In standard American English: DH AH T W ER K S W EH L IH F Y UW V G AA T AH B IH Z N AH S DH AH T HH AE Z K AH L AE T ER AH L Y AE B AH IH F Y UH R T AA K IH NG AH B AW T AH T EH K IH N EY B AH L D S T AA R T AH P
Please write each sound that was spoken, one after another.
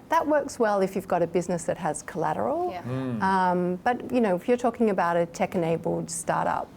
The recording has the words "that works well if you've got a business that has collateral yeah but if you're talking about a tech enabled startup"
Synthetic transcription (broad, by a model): DH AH T W ER K S W EH L IH F Y UW V G AA T AH B IH Z N AH S DH AH T HH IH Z K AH L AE T ER AH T Y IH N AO IH F Y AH R T AA K IH NG AH B AW T AH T EH K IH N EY B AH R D S T AA R T AH P